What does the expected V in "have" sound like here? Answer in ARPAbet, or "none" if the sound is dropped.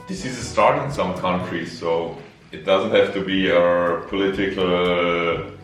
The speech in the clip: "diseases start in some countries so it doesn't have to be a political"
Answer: F